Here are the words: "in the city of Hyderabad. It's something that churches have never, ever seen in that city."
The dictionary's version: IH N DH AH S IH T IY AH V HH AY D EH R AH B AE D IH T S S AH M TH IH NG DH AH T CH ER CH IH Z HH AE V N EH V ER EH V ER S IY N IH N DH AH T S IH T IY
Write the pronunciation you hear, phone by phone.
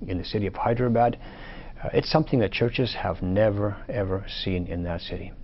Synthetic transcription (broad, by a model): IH N DH AH S IH T IY AH V HH AY D R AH B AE D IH T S S AH M TH IH NG DH AH T CH ER CH IH Z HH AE V N EH V ER EH V ER S IY N IH N DH AH T S IH T IY